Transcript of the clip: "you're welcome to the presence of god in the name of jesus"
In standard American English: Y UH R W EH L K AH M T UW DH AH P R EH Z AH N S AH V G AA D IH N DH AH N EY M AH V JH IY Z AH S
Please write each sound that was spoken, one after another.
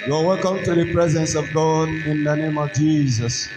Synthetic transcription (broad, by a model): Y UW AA W EH L K AH M T UW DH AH P R EH Z AH N S AH V G AA D IH N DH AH N EY M AH V JH IY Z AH S